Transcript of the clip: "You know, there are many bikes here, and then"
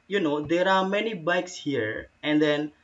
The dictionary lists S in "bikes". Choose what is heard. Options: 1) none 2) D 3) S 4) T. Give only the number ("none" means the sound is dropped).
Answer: 3